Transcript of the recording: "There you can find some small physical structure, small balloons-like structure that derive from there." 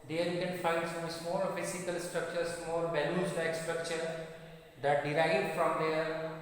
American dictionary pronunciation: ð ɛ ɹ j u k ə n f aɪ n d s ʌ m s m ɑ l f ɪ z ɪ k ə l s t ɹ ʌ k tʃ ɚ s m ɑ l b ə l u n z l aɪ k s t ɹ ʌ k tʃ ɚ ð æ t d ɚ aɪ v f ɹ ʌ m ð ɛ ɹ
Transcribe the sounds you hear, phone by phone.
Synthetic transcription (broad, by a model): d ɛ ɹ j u k ə n f aɪ n d s ʌ m s m ɑ l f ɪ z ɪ k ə l s t ɹ ʌ k tʃ ɚ s m ɑ l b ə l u z l aɪ k s t ɹ ʌ k tʃ ɚ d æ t d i aɪ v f ɹ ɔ m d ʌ ɹ